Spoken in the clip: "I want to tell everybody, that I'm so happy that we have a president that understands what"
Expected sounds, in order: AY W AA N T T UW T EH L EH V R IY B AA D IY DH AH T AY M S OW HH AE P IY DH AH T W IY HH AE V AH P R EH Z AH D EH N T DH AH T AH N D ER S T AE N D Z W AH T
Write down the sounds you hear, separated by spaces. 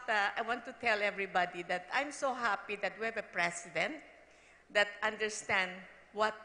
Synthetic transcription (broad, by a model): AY W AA N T T UW T EH L EH V R IY B AA D IY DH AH T AY M S OW HH AE P IY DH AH T W IY HH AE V AH P R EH S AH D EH N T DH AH T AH N D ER S T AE N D W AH T